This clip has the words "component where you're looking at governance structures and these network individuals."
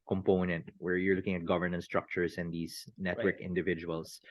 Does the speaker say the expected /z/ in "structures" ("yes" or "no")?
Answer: no